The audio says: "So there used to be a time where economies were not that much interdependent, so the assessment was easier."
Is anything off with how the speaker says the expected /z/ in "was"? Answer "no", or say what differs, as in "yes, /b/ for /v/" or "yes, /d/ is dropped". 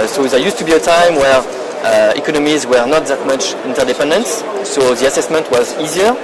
no